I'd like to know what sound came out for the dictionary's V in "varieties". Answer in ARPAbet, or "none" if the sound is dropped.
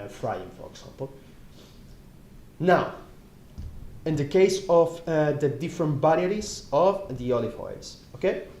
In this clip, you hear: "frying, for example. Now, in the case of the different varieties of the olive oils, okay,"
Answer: B